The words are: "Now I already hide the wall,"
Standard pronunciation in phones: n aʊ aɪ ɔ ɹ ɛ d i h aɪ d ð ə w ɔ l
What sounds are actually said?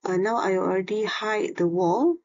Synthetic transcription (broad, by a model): n aʊ aɪ ɔ ɹ ɛ d i h aɪ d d ə w ɔ l